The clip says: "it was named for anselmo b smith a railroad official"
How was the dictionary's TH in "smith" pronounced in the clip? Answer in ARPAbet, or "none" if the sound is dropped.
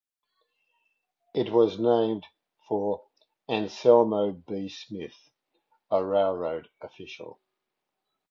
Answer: TH